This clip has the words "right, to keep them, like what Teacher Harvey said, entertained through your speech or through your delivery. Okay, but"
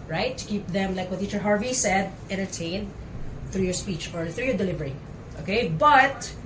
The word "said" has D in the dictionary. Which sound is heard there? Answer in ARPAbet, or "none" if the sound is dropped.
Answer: D